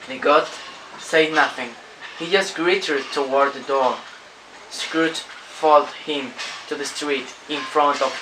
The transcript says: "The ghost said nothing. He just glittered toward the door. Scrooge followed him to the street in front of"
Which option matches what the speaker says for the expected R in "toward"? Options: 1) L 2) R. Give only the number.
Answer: 2